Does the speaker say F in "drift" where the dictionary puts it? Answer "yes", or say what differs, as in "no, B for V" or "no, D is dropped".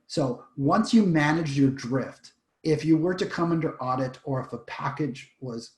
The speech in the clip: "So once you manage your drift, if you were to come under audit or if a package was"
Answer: yes